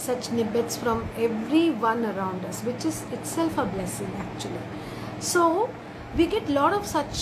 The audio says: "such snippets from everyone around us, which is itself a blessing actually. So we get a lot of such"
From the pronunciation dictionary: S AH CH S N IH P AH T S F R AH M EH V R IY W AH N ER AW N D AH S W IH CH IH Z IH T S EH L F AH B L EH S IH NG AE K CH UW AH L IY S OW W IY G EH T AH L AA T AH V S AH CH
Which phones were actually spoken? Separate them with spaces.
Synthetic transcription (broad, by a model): S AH CH N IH B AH T S F R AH M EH V R IY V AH N ER AW N D AH S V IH CH IH Z IH T S EH L F AH B L EH S IH NG AE K CH UW AH L IY S OW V IY G EH T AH L AA T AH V S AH CH